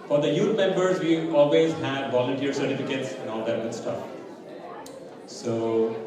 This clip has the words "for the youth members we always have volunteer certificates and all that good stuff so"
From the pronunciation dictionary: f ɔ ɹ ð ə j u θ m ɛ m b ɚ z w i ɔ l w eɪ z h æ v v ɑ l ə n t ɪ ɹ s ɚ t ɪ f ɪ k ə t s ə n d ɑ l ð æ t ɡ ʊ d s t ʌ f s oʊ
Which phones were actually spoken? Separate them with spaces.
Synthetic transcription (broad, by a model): f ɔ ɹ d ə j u t m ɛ m b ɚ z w i ɔ l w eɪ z h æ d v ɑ l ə n t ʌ ɹ s ɚ t ɪ f ɪ k ə t s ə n ɑ l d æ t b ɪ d s t ʌ f s oʊ